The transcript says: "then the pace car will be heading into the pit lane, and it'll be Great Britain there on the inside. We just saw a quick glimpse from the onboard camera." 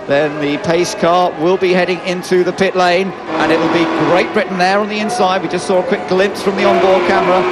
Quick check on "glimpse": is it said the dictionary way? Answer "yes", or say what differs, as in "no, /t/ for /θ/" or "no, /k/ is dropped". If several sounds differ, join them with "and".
yes